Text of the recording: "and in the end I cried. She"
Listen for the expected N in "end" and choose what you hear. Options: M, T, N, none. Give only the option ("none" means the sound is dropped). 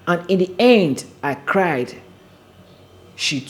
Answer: N